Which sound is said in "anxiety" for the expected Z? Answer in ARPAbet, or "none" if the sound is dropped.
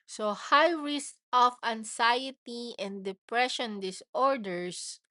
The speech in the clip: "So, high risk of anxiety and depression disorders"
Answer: S